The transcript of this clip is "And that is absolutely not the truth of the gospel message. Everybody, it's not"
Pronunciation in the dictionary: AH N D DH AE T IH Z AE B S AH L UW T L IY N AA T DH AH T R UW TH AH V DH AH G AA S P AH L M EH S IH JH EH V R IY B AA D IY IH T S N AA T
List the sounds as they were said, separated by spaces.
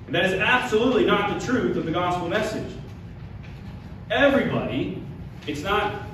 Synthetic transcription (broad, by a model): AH N DH AE T IH Z AE B S AH L UW T L IY N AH T DH AH T R UW TH AH V DH AH G AA S P L M EH S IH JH EH V R IY B AA D IY IH T S N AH T